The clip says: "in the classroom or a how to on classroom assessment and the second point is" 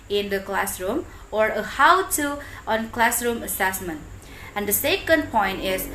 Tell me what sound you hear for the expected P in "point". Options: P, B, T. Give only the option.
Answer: P